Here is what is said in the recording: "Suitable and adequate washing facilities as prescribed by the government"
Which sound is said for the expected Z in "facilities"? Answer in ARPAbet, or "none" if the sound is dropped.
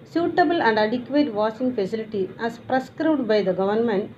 none